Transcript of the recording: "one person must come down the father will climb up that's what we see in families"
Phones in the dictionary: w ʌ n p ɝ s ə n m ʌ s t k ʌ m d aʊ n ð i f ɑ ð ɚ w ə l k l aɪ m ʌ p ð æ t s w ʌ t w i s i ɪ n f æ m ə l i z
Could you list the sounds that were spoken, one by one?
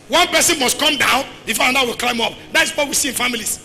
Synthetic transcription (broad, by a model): w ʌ n p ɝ s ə n m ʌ s t k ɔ m d aʊ n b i f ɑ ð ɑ w ə l k l aɪ m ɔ p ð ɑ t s w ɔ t w i s i ɪ n f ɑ m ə l i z